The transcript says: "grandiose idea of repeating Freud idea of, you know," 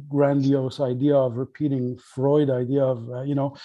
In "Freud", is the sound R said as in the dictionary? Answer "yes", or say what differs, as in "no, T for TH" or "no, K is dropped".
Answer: yes